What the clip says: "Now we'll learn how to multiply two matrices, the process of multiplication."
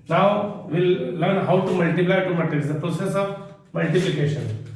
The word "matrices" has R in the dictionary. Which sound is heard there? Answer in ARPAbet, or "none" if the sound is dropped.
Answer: none